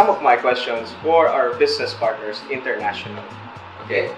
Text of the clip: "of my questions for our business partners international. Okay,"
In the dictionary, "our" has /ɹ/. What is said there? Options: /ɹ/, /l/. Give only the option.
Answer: /ɹ/